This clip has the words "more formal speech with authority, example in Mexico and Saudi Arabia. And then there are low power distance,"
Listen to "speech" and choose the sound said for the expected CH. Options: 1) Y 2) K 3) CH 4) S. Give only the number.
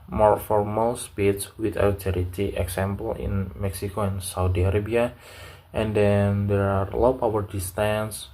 4